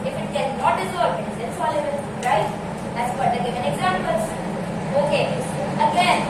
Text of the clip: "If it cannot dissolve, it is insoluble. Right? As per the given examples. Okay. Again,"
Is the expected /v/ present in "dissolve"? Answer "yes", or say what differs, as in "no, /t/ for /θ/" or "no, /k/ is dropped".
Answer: no, /v/ is dropped